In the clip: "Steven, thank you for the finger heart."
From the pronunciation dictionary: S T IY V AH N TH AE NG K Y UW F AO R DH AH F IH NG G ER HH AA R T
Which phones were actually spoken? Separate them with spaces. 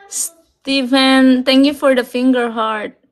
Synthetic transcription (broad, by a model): S T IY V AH N T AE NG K Y UW F AO R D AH F IH NG G ER HH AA R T